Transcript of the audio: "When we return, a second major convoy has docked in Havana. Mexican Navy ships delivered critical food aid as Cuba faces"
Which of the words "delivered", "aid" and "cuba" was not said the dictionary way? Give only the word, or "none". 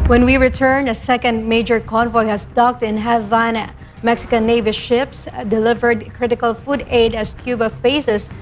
none